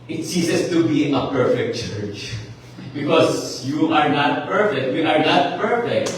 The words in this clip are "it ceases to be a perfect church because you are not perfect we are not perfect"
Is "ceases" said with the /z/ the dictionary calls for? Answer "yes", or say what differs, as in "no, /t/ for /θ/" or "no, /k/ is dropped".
no, /s/ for /z/